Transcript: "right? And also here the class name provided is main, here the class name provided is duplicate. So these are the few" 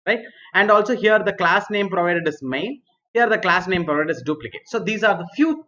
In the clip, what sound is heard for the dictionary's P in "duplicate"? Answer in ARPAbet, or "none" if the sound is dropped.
P